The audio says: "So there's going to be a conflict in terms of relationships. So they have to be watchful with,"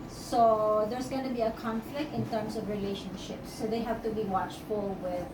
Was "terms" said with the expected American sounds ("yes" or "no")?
no